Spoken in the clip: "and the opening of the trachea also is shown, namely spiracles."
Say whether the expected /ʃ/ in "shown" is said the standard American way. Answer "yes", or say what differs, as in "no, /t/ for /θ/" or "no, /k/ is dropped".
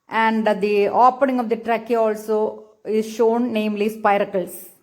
yes